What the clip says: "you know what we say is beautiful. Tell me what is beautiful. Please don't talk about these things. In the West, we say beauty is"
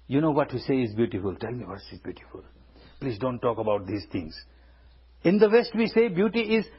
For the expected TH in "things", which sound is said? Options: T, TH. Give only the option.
T